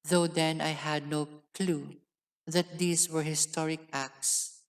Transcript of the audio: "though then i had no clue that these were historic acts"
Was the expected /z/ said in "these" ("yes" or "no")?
no